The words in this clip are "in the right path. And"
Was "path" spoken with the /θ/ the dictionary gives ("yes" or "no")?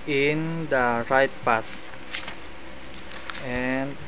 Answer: no